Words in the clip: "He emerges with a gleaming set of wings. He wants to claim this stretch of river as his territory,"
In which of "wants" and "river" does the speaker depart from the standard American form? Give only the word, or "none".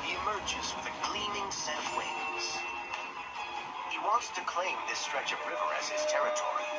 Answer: none